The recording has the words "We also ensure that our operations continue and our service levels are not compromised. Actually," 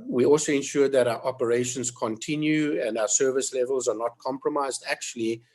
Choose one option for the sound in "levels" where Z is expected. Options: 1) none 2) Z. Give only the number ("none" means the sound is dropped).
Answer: 2